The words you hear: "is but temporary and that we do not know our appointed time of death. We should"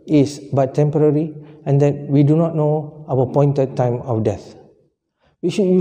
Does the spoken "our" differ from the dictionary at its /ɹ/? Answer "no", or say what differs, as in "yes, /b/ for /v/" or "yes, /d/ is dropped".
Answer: yes, /w/ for /ɹ/